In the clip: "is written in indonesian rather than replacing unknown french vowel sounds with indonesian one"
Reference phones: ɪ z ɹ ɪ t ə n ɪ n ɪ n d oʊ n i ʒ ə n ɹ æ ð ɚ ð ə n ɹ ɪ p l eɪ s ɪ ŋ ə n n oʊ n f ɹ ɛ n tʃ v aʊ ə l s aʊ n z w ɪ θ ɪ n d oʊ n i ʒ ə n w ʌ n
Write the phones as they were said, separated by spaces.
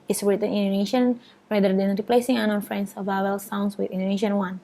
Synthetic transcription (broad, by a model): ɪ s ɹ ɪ t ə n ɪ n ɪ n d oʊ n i ʃ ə n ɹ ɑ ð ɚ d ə n ɹ ɪ p l eɪ s ɪ ŋ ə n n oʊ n f ɹ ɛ n s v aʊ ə l s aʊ n s w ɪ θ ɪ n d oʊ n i ʃ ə n w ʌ n